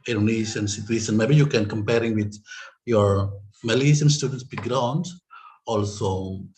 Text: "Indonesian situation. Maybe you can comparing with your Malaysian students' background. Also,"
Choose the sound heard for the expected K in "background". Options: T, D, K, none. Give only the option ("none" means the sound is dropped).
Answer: none